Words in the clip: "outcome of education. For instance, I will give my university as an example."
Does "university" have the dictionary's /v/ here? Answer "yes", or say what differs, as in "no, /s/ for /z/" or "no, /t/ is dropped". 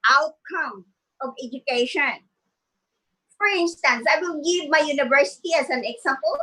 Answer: yes